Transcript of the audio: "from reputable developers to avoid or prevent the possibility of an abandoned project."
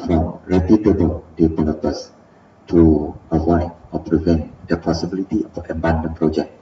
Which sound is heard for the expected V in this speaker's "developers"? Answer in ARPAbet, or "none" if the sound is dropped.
P